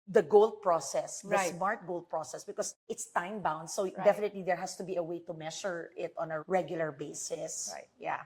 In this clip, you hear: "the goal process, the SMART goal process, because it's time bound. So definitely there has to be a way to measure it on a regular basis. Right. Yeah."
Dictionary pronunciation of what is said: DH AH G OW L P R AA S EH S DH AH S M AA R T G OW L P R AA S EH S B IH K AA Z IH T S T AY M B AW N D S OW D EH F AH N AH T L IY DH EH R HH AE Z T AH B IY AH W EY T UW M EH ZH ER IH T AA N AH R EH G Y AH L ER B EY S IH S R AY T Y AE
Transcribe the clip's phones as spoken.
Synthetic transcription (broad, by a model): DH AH G OW L P R AA S EH S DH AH S M AA R T G OW L P R AA S EH S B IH K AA S IH T S T AY M B AW N D S OW D EH F AH N AH T L IY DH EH R HH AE S T AH B IY AH W EY T UW M EH SH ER IH T AA N AH R EH G Y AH L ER B EY S IH S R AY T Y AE